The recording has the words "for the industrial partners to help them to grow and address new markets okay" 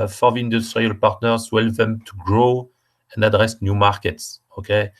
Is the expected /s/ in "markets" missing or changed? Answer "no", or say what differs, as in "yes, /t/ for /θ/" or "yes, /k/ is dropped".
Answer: no